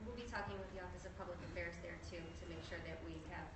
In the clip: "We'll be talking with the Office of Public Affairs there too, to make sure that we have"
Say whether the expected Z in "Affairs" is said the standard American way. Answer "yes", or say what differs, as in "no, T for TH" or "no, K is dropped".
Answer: yes